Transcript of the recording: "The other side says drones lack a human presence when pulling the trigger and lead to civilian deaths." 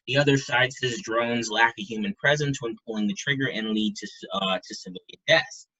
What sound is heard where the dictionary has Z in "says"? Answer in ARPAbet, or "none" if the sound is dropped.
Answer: Z